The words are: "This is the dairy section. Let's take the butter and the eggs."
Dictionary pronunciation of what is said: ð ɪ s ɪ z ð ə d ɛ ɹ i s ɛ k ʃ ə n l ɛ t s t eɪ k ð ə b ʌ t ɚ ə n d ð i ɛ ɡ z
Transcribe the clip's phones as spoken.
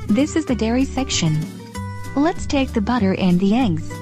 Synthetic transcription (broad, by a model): ð ɪ s ɪ z ð ə d ɛ ɹ i s ɛ k ʃ ə n l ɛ t s t eɪ k ð ə b ʌ t ɚ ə n ð i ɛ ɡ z